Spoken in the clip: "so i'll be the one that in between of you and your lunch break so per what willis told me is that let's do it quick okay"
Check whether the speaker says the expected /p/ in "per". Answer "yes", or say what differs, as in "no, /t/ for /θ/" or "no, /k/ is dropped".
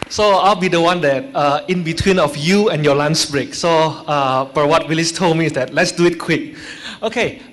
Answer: no, /b/ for /p/